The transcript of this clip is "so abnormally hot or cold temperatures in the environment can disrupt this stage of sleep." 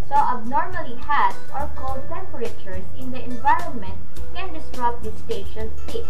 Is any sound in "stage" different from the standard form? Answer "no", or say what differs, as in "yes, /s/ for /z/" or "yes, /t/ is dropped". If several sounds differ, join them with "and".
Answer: yes, /ʃ/ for /dʒ/